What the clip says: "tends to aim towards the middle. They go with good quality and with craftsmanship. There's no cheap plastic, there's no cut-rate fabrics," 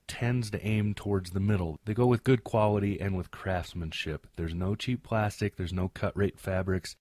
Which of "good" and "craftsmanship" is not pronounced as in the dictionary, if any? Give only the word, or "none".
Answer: none